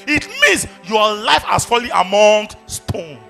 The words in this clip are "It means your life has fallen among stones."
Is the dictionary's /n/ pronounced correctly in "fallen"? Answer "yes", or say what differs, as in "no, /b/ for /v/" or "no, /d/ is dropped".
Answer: no, /n/ is dropped